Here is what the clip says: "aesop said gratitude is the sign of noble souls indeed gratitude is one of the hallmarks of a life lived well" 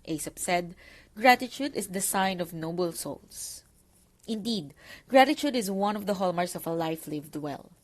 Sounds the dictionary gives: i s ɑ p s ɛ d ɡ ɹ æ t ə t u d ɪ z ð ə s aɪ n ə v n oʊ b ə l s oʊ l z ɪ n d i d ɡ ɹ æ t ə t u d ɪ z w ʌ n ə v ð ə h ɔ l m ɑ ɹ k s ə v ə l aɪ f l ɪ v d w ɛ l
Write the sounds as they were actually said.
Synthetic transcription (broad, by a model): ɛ s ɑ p s ɛ d ɡ ɹ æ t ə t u d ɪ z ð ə s aɪ n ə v n oʊ b ə l s oʊ l s ɪ n d i d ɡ ɹ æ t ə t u d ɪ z w ʌ n ə v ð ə h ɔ l m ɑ ɹ s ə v ə l aɪ f l ɪ v d w ɛ l